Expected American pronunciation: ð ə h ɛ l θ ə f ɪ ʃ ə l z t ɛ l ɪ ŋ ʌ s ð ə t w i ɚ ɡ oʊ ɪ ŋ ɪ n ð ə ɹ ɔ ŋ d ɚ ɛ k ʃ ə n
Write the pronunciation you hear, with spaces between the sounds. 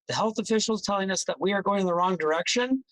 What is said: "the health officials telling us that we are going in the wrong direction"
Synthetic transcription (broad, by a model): ð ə h ɛ l θ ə f ɪ ʃ l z t ɛ l ɪ ŋ ʌ s ð ə t w i ɚ ɡ oʊ ɪ ŋ ɪ n ð ə ɹ ɔ ŋ d ɚ ɛ k ʃ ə n